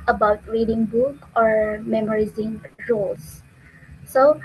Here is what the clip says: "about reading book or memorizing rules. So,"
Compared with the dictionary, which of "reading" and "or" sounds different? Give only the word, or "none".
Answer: none